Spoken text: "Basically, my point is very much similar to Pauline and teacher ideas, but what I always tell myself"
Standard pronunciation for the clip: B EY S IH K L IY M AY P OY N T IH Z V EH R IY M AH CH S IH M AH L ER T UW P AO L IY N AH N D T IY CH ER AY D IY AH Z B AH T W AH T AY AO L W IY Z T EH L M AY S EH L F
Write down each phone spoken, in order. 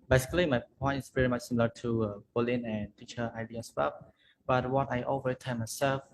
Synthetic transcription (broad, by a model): B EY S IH K L IY M AY P OY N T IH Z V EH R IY M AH CH S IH M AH L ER T UW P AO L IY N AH N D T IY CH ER AY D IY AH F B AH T W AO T AY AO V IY T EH N M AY S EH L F